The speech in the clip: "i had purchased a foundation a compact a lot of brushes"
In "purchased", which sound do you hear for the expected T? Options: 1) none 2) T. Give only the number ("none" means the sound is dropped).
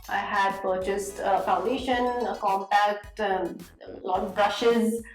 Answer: 2